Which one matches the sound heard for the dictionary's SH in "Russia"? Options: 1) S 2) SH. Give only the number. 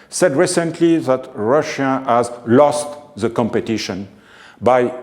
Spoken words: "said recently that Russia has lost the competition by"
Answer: 2